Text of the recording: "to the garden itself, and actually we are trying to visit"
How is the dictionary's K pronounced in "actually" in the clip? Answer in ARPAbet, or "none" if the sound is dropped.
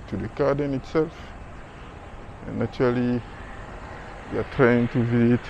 none